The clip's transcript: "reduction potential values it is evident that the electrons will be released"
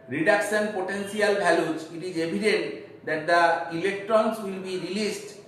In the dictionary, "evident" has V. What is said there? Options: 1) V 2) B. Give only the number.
2